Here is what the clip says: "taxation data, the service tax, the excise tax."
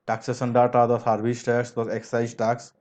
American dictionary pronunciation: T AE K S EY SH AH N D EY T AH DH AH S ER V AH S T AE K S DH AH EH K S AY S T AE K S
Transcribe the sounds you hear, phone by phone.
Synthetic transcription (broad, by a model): T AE K S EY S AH N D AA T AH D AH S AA B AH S T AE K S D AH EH K S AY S T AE K S